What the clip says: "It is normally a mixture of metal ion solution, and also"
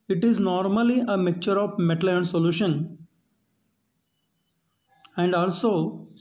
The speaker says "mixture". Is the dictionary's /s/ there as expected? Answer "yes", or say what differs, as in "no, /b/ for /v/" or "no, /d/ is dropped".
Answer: no, /s/ is dropped